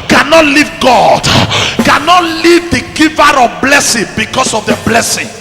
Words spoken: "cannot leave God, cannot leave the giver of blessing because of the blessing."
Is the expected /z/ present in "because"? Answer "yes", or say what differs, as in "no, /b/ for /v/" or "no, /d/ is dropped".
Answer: no, /s/ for /z/